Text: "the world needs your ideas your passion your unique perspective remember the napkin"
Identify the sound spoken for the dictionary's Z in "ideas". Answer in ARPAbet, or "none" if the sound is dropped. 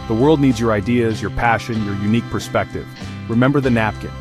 Z